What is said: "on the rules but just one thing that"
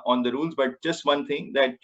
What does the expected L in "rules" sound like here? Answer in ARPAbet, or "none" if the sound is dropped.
L